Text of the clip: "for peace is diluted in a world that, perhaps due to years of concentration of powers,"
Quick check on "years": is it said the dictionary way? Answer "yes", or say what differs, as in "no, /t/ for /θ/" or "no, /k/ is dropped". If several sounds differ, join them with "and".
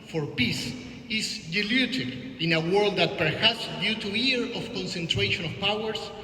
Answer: no, /z/ is dropped